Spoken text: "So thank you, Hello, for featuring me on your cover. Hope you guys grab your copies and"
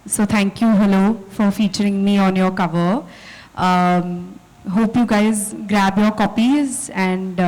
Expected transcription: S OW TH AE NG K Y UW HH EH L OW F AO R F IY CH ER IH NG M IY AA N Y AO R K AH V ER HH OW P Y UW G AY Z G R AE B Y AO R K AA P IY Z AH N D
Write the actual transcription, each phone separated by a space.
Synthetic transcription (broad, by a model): S OW T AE NG K Y UW HH EH L OW F AO R F IY CH ER IH NG M IY AA N Y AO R K AH V ER HH OW P Y UW G AY Z G R AE B Y AO R K AA P IY Z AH N D